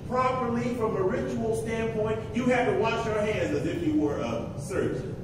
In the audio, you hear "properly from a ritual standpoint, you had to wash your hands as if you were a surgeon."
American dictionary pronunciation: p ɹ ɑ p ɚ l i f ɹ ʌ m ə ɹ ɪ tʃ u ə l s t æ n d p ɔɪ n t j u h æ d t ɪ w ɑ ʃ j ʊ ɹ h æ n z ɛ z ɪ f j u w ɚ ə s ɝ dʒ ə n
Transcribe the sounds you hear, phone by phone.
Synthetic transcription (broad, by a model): p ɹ ɑ p ɚ l i f ɹ ʌ m ə ɹ ɪ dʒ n l s t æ n p ɔɪ n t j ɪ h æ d t ɪ w ɑ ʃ j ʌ ɹ h æ n z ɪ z ɪ f j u w ɚ ə s ɝ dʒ